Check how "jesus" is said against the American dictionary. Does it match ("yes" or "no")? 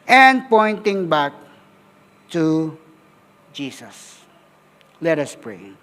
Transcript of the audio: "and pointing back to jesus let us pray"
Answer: no